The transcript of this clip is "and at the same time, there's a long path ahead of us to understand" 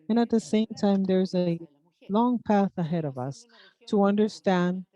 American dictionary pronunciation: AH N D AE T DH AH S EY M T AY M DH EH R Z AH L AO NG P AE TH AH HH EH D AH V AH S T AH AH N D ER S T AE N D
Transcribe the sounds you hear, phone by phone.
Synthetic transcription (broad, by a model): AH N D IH T DH AH S EY M T AY M DH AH R Z AH L AO NG P AE TH AH HH EH D AH V AH S T AH AH N D ER S T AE N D